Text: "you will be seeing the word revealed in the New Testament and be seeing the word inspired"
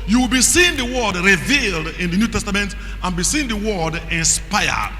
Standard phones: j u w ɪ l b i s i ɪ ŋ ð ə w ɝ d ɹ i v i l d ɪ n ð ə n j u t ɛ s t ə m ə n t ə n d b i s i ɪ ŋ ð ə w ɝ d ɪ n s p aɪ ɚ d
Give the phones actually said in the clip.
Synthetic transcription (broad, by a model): j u w ɪ l b i s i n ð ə w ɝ d ɹ i v i l d ɪ n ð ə n j u t ɛ s t ə m ə n t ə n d b i s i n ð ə w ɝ d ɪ n s p aɪ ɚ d